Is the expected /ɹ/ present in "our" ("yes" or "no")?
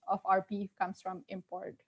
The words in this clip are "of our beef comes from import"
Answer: yes